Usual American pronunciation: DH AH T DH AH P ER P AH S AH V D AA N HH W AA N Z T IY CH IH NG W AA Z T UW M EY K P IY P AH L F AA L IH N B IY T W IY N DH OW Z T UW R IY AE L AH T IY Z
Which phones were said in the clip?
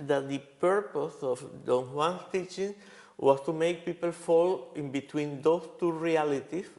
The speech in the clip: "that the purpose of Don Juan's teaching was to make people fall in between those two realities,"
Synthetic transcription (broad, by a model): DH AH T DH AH P ER P AH S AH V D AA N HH W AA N S T IY CH IH NG W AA S T UW M EY K P IY P AH L F AA L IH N B IY T W IY N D OW S T UW R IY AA L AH T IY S